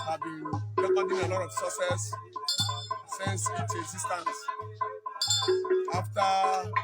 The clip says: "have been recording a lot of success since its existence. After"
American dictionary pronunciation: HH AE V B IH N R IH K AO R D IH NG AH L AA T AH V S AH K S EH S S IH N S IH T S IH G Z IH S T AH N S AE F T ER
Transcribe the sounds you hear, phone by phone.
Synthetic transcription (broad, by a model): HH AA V B IH N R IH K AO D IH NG AH L AA T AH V S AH S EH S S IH N S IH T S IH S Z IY S T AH N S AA F T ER